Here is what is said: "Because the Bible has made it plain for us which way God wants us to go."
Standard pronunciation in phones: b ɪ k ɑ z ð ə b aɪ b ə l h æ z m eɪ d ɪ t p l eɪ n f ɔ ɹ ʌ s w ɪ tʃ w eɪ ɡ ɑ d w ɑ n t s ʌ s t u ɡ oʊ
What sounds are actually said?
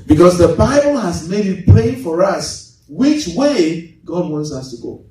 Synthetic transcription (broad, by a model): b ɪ k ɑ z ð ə b aɪ b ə l h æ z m eɪ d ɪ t p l eɪ f ɔ ɹ ʌ s w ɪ tʃ w eɪ ɡ ɑ d w ɑ n t s ʌ s t u ɡ oʊ